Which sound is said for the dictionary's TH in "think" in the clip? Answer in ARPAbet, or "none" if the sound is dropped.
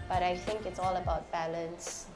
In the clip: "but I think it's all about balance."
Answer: TH